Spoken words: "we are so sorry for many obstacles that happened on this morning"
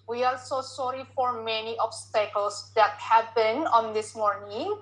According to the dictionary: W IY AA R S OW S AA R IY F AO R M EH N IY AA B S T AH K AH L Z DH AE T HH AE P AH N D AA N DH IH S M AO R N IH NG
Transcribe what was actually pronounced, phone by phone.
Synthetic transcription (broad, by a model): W IY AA L S OW S AA R IY F AO R M EH N IY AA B S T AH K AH L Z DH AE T HH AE B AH N AA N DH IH S M AO R N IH NG